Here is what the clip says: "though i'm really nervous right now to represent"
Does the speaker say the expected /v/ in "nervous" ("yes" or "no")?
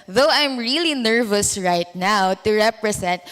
yes